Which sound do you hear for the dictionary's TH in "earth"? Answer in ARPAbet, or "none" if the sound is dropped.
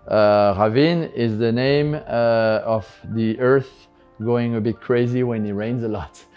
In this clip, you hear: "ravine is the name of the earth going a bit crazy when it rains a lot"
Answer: TH